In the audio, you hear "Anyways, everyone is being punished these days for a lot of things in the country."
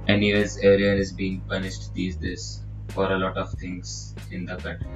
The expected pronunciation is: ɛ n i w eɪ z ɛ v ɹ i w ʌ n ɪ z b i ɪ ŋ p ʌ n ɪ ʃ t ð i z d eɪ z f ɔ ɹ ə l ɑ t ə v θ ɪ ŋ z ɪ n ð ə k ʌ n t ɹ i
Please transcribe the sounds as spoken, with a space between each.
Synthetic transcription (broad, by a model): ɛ n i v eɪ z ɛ ɹ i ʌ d ɪ z b i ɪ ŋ p ʌ n ɪ ʃ t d i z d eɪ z f ɔ ɹ ə l ɑ t ə v t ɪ ŋ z ɪ n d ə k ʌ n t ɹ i